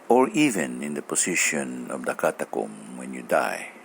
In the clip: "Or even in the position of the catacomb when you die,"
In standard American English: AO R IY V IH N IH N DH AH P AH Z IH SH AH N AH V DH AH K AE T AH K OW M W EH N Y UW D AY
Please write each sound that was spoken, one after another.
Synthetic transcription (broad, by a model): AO R IY V IH N IH N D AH P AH S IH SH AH N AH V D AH K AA T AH K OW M W EH N Y UW D AY